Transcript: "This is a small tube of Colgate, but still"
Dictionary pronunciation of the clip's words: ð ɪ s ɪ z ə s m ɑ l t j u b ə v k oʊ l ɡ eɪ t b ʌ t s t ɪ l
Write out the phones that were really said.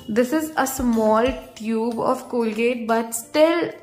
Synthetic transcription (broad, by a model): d ɪ s ɪ z ə s m ɑ l t j u b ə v k oʊ l ɡ eɪ t b ʌ t s t ɪ l